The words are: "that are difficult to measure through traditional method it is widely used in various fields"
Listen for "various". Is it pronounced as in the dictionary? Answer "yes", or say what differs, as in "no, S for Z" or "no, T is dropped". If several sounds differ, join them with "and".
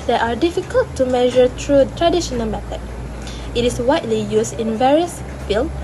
yes